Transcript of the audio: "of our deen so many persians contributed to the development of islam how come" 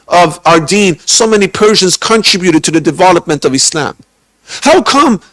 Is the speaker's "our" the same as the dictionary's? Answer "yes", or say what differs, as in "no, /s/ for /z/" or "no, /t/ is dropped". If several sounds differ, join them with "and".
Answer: yes